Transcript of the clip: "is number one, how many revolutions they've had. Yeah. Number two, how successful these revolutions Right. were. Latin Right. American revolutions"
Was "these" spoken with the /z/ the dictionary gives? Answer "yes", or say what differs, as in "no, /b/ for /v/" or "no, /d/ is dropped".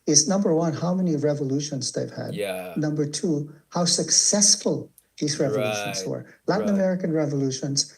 yes